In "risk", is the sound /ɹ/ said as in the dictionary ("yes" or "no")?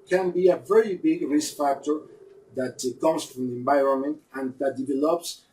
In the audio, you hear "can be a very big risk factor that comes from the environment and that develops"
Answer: yes